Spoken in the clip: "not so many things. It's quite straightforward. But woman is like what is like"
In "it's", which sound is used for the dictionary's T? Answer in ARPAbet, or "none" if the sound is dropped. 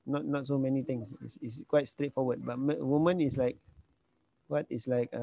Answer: S